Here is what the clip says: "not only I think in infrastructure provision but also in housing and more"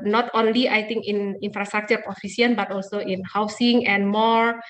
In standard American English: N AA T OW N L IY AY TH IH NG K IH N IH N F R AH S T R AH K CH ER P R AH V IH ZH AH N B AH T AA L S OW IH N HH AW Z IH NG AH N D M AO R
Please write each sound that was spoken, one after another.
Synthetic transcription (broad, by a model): N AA T OW N L IY AY T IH NG K IH N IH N F R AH S T R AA K CH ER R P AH F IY S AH N B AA T AA L S OW IH N HH AW S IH NG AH N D M AO R